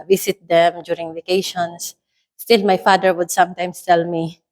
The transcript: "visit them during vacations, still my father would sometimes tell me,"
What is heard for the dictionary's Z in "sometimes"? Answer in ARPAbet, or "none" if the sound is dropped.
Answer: S